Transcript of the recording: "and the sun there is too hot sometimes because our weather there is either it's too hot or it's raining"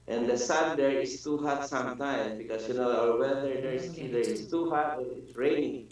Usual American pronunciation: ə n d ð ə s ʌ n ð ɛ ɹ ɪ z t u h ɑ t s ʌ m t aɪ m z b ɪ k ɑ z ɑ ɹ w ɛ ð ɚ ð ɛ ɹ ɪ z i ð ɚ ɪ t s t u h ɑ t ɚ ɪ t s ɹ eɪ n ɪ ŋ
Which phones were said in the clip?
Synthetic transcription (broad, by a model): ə n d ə s ʌ n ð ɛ ɹ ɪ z t u h ɑ t s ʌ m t aɪ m b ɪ k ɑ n ɑ ɹ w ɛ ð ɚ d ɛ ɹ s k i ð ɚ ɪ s t u h ɑ t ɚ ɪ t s ɹ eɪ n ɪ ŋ